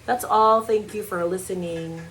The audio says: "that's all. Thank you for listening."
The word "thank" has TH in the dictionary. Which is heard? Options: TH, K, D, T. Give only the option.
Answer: TH